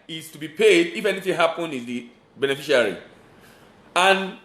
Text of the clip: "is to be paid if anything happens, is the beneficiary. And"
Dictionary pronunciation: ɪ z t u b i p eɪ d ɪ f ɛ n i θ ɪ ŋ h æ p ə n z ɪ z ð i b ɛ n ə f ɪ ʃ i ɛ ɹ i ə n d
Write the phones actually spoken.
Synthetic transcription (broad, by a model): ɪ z t u b i p eɪ d ɪ f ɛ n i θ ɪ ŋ h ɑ p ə n ɪ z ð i b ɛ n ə f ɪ ʃ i ɹ i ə n